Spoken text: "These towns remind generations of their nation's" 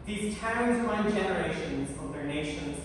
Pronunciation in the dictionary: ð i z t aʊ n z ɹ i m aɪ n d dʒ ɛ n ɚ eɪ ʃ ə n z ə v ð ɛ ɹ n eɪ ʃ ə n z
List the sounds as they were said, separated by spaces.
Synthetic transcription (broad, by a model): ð i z t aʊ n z w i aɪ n dʒ ɛ n ɚ eɪ ʃ ə n z ə v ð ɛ ɹ n eɪ ʃ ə n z